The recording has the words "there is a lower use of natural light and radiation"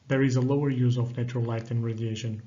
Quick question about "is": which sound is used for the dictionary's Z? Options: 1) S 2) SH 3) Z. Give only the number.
3